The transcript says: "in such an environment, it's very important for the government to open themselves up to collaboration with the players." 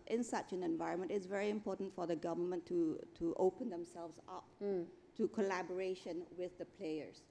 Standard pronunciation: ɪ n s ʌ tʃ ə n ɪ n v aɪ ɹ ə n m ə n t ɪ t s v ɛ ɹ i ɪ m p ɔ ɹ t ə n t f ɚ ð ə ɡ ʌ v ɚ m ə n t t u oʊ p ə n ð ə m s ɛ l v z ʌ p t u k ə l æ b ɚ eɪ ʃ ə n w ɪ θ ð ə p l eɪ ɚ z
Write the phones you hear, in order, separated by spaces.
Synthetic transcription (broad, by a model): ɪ n s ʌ tʃ ə n ɪ n v aɪ ɹ ə n m ə n t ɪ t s v ɛ ɹ i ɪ m p ɔ t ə n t f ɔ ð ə ɡ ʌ v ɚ m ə n t t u oʊ p ə n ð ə m s ɛ l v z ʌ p t u k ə l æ b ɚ eɪ ʃ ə n w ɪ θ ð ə p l eɪ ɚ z